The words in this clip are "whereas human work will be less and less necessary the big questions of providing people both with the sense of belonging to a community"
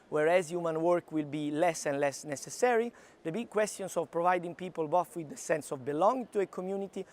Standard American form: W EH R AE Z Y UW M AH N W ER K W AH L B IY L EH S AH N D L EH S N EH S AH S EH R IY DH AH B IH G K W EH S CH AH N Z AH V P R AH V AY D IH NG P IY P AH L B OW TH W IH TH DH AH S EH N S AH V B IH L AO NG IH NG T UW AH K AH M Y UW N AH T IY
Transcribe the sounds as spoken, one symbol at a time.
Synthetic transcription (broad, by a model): W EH R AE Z Y UW M AH N W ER K W AH L B IY L EH S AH N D L EH S N EH S AH S EH R IY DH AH B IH G K W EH S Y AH N S AH V P R AH V AY D IH NG P IY P AH L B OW F W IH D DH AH S EH N S AH V B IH L AO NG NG T UW AH K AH M Y UW N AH T IY